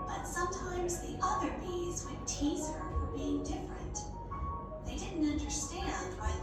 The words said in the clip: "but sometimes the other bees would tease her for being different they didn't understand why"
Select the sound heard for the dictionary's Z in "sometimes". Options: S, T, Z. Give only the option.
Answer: Z